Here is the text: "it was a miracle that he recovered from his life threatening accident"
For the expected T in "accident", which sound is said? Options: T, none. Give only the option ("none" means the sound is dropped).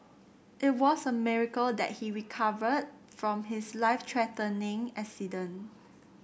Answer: none